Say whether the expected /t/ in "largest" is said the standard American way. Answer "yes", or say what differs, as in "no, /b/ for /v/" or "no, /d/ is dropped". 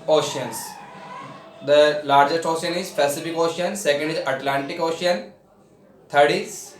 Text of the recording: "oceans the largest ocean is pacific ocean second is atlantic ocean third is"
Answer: yes